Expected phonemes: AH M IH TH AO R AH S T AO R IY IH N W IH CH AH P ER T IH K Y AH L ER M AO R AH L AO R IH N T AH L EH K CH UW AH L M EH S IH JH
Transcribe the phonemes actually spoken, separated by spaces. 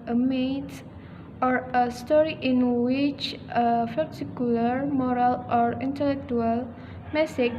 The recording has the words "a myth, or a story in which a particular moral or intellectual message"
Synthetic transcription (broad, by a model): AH M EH T AO R AH S T AO R IY IH N W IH CH AH F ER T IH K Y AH L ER M AO R AH L AO R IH N T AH L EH K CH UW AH L M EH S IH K